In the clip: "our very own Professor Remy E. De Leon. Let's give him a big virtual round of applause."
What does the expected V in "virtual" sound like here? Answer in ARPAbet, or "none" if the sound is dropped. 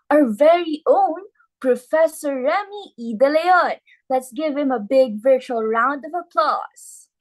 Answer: V